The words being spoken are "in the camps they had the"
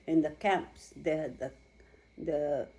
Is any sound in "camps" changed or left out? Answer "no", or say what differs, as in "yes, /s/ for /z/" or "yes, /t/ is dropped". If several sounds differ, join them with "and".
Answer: no